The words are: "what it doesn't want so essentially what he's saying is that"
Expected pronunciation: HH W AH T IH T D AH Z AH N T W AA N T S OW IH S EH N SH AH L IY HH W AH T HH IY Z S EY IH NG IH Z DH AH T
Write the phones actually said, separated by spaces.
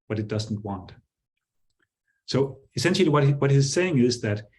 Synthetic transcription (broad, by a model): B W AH T IH T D AH Z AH N T W AA N T S OW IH S EH N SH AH W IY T W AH T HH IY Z S EY IH NG IH Z DH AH T